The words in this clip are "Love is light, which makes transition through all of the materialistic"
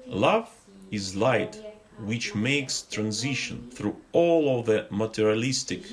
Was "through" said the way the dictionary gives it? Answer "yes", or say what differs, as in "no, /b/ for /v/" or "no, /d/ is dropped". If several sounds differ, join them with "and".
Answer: yes